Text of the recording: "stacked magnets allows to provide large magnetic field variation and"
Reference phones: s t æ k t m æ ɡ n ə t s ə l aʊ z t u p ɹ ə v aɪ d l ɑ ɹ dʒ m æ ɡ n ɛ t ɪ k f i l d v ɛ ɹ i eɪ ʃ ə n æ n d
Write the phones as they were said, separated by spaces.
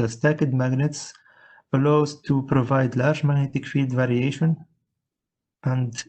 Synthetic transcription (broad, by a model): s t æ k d m æ ɡ n ə t s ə l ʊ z t u p ɹ ə v aɪ d l ɑ ɹ dʒ m æ ɡ n ɛ t ɪ k f i l d v ɛ ɹ i eɪ ʃ ə n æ n d